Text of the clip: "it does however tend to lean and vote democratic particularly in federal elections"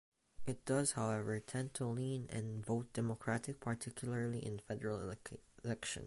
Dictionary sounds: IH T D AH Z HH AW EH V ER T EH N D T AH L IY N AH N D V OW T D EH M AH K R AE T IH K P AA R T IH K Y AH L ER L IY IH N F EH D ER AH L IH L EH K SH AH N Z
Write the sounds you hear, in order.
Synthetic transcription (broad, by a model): IH T D AH Z HH AW EH V ER T EH N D T AH L IY N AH N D V OW T D EH M AH K R AE T IH K P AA R T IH K Y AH L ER L IY IH N F EH D ER AH L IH L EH K SH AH N